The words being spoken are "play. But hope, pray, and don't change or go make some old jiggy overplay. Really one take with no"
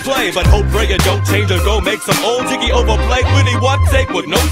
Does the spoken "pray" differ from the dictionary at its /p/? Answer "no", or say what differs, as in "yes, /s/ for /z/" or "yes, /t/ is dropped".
yes, /f/ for /p/